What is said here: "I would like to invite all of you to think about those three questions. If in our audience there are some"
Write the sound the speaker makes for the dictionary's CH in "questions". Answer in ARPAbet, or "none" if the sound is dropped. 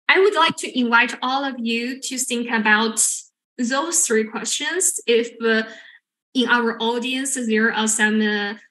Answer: CH